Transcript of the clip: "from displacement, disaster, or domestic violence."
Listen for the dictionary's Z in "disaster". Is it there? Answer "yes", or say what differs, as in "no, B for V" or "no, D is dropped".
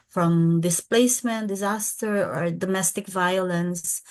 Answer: yes